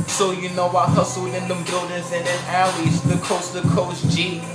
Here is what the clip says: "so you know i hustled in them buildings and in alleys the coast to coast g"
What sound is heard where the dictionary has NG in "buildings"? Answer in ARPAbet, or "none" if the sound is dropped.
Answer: none